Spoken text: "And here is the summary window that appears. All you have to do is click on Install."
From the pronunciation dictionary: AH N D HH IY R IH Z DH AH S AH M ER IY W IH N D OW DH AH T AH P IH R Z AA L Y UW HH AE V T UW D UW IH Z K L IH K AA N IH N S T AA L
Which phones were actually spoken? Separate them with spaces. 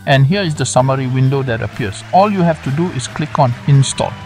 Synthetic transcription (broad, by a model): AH N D HH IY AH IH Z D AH S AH M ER IY W IH N D OW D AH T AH P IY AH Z AA L Y UW HH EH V T UW D UW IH S K L IH K AA N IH N S T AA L